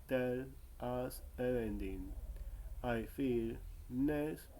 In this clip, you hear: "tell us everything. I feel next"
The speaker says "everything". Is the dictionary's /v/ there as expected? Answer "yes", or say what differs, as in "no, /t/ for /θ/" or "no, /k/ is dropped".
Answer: no, /v/ is dropped